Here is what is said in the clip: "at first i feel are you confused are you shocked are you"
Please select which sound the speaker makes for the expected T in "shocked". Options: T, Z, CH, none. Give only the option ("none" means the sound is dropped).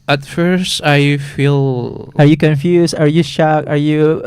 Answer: none